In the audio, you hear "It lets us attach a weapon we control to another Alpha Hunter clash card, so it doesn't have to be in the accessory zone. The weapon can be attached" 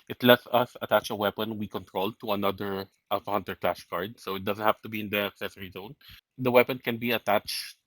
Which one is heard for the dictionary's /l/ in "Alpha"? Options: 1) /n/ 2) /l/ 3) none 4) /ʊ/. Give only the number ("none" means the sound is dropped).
3